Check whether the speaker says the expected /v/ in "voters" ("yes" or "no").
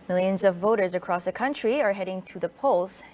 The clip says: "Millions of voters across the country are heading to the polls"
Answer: yes